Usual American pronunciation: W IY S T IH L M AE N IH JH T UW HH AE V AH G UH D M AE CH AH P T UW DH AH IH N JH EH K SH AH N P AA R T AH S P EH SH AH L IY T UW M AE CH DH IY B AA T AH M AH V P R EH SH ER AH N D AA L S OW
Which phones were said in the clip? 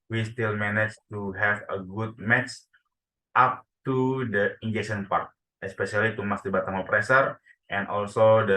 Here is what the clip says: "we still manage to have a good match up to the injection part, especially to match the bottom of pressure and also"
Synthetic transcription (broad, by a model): W IY S T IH L M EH N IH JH T UW HH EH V AH G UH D M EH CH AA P T UW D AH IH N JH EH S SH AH N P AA R T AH S P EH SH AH L IY T UW M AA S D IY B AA T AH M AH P R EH S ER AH N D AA L S OW